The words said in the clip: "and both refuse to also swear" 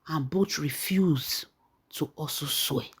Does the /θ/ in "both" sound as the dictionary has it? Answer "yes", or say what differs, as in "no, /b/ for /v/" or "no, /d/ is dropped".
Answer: no, /t/ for /θ/